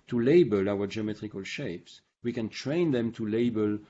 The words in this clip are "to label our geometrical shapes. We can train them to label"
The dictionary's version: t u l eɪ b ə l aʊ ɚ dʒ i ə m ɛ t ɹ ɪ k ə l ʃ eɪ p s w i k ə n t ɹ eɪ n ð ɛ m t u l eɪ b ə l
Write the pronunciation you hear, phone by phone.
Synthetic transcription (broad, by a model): t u l eɪ b ə l aʊ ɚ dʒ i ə m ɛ t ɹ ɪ k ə l ʃ eɪ p s w i k ə n t ɹ eɪ n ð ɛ m t u l eɪ b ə l